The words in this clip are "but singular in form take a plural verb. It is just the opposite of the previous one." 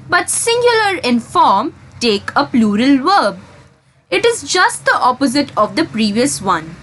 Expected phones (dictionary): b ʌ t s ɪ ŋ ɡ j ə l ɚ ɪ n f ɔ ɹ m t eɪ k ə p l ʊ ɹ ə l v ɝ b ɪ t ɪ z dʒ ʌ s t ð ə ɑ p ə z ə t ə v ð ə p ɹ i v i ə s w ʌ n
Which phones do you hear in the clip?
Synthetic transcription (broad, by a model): b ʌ t s ɪ ŋ ɡ j ə l ɚ ɪ n f ɔ ɹ m t eɪ k ə p l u ɹ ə l v ɝ b ɪ t ɪ z dʒ ʌ s t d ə ɑ p ə z ə t ə v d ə p ɹ i v i ə s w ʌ n